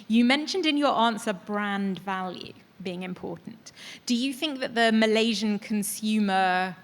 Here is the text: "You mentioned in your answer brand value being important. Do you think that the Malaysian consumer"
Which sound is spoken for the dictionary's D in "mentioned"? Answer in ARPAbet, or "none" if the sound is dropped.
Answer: D